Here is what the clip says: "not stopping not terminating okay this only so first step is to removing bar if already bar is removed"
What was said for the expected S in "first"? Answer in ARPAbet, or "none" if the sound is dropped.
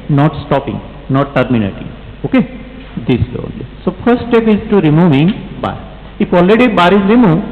none